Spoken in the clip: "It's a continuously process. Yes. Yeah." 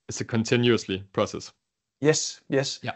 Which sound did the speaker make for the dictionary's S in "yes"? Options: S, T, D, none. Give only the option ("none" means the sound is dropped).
S